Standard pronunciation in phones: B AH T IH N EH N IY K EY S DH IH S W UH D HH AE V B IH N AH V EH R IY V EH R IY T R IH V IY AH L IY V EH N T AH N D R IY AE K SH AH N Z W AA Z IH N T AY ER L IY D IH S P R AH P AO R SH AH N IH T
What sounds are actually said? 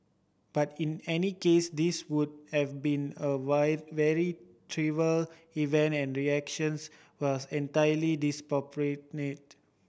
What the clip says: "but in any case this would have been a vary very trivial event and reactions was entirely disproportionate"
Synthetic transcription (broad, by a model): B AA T IH N EH N IY K EY S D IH S W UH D HH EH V B IH N AH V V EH R IY T R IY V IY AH L IY V EH N T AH N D R IY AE K SH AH N S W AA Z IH N T AY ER L IY D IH S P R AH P R AH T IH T